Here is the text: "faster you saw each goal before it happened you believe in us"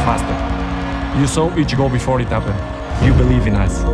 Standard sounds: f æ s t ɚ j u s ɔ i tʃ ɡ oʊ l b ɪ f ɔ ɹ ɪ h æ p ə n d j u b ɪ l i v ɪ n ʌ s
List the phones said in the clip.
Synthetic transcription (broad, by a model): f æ s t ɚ j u s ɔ i tʃ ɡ oʊ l b ɪ f ɔ ɹ ɪ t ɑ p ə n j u b ɪ l i v ɪ n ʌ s